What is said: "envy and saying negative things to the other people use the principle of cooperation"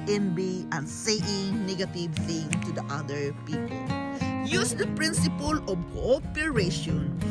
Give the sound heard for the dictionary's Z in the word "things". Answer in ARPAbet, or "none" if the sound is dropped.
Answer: none